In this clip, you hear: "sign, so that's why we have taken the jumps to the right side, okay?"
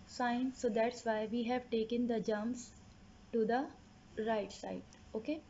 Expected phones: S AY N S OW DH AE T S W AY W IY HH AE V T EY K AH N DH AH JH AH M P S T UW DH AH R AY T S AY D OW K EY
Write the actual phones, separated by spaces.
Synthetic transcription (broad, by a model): S AY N S OW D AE T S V AY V IY HH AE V T EY K AH N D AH JH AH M S T UW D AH R AY T S AY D OW K EY